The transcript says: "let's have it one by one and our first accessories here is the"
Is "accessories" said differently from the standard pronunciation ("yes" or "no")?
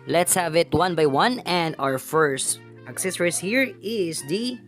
yes